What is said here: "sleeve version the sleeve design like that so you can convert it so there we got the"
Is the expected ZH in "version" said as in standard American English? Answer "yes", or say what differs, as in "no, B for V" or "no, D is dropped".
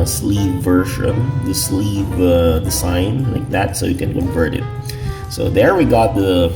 no, SH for ZH